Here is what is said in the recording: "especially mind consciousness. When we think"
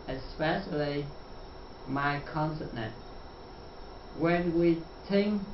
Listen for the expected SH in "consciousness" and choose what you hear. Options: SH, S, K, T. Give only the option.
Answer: S